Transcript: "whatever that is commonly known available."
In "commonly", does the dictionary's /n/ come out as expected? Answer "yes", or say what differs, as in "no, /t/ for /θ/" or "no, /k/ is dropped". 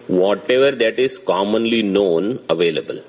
yes